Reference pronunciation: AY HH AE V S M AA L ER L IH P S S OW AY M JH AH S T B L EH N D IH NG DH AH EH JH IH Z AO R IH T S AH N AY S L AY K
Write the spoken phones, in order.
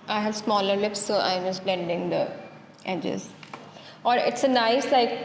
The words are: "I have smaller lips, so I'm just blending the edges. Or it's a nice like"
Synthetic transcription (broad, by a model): AY HH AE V S M AA L ER L IH P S S OW AY M JH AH S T B L EH N D IH NG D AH EH JH IH Z AO R IH T S AH N AY S L AY K